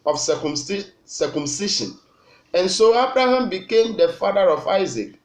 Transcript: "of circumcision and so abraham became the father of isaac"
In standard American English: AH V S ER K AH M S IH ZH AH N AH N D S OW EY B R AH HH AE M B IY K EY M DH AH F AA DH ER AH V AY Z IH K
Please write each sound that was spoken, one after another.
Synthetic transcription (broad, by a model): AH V S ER K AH M S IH SH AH N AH N S OW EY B R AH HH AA M B IY K EY M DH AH F AA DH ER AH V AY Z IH K